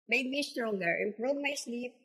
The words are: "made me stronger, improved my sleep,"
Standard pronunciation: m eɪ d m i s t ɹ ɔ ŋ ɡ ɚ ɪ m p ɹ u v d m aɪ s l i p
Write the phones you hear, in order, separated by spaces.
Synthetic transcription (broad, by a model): m eɪ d m i s t ɹ ɔ ŋ ɡ ɚ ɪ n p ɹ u d m aɪ s l i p